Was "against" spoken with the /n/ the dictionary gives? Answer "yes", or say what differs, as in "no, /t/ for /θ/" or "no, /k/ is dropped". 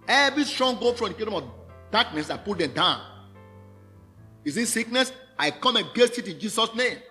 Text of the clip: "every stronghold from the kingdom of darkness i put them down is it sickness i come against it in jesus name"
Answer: no, /n/ is dropped